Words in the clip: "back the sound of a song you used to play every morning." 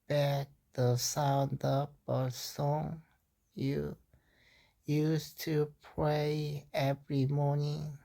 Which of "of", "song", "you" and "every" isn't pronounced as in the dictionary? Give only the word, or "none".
of